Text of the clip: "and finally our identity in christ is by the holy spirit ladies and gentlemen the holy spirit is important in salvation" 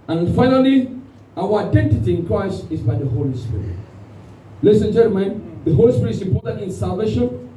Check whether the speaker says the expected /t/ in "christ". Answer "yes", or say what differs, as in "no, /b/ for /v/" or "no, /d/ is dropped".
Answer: yes